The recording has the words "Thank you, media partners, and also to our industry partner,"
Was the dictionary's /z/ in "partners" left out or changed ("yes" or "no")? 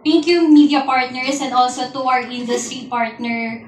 yes